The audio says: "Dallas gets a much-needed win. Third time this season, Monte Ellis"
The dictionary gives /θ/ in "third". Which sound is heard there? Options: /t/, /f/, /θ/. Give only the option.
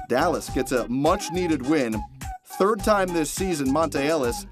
/θ/